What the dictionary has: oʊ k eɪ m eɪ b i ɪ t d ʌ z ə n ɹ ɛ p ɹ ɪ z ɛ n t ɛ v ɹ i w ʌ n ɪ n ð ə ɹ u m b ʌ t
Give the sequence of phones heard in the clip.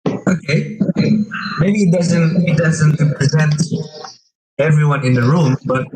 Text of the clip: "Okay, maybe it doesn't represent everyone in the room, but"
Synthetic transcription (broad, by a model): oʊ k eɪ m eɪ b i ɪ t d ʌ z ə n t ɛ p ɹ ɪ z ɛ n t ɛ v ɹ i w ʌ n ɪ n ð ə ɹ u m b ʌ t